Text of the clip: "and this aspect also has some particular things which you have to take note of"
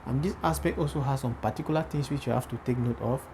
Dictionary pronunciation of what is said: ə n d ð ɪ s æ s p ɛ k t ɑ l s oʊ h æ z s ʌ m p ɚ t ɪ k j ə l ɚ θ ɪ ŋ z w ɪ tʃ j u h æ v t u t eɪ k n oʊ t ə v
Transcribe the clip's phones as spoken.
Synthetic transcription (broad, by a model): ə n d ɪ s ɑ s p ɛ k t ɑ l s oʊ h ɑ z s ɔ m p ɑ t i k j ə l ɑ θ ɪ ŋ s w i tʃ j u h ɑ f t u t eɪ k n oʊ t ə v